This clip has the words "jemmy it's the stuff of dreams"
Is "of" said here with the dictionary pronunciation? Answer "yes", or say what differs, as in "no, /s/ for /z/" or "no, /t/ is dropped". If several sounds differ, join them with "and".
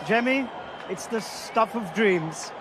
yes